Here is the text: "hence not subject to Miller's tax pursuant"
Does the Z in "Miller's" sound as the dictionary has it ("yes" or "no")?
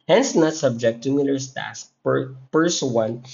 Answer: no